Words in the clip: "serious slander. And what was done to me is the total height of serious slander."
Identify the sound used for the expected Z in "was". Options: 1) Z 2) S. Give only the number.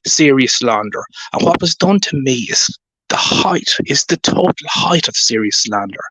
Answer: 1